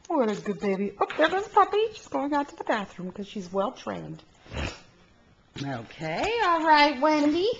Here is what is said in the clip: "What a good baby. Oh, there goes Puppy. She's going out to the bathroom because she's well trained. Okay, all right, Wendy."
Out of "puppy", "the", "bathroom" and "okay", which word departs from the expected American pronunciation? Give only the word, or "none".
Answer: none